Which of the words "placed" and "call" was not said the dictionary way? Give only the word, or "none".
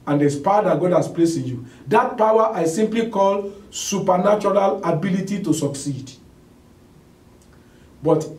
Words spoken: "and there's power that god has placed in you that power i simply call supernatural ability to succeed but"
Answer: placed